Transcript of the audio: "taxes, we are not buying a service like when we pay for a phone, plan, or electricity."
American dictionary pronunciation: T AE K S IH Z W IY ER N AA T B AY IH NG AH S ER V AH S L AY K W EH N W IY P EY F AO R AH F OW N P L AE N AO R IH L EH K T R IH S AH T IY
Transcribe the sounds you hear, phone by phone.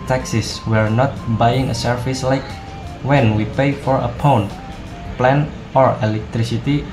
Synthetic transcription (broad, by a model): T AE K S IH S W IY ER N AA T B AY IH NG AH S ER F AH S L AY K W EH N W IY P EY F AO R AH P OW N P L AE N AO R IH L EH K T R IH S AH T IY